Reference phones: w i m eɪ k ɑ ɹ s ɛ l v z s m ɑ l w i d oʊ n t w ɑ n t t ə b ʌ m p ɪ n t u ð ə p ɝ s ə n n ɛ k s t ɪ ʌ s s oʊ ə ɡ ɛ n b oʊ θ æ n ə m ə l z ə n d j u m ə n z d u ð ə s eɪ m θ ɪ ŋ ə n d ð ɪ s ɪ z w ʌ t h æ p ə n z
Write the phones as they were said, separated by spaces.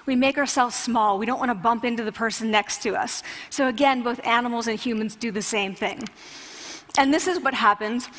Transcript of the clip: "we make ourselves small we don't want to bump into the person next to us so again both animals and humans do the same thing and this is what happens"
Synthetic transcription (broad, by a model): w i m eɪ k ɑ ɹ s ɛ l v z s m ɑ l w i d oʊ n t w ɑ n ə b ʌ m p ɪ n t u ð ə p ɝ s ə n n ɛ k s t ɪ ʌ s s oʊ ə ɡ ɛ n b oʊ θ æ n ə m l z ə n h j u m ə n z d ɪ ð ə s eɪ m θ ɪ ŋ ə n ð ɪ s ɪ z w ʌ t h æ p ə n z